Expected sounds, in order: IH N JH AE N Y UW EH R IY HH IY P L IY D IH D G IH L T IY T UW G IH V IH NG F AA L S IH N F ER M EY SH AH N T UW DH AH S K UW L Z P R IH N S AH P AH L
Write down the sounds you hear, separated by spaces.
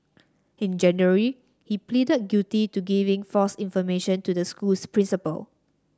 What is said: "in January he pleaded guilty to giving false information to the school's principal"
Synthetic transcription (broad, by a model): IH N JH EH N Y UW R IY HH IY P L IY D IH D G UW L T IY T UW G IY V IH NG F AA S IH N F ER M EY SH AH N T UW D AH S K UW L S P R IH N S AH P AH L